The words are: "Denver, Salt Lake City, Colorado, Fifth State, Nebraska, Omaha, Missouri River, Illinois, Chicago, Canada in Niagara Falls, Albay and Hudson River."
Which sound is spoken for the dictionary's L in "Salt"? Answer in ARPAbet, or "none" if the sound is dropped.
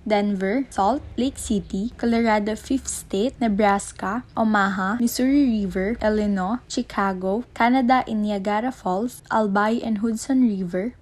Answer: L